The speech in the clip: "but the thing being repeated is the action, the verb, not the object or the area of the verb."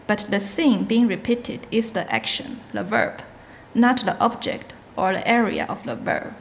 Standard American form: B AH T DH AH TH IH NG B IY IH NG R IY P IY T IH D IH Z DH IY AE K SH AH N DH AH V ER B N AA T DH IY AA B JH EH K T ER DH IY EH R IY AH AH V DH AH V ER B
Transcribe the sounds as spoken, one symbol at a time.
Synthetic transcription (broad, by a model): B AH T DH AH S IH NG B IY IH NG R IY P IY T IH D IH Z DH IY AE K SH AH N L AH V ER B N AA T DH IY AA B JH EH K T ER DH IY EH R IY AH AH V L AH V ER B